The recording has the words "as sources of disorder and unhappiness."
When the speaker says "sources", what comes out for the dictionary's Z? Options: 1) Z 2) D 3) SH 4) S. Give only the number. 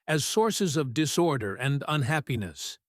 1